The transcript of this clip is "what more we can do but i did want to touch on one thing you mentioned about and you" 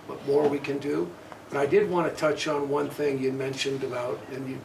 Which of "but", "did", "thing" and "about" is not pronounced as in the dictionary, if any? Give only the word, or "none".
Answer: none